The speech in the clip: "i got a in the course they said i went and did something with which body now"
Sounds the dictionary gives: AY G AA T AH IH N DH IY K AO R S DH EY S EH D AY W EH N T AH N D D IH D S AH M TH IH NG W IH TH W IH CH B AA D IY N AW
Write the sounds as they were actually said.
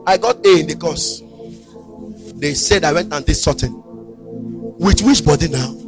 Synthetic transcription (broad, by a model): AY G AA T AH IH N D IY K AO S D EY S EH D AY W EH N T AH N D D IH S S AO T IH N W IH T W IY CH B AA D IY N AW